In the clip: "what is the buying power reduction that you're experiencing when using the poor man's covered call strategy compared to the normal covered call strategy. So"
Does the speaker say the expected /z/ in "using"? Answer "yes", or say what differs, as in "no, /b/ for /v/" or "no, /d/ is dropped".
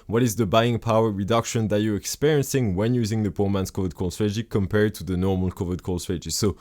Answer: yes